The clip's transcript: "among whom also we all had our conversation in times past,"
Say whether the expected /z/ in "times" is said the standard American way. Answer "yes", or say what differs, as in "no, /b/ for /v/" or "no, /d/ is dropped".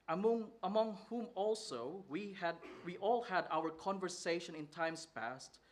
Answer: no, /s/ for /z/